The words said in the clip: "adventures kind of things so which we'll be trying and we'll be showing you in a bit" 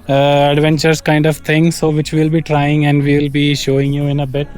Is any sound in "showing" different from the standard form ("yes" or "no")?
no